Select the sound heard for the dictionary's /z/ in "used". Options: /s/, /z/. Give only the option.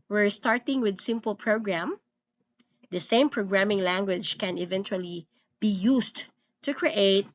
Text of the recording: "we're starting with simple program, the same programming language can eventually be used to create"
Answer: /s/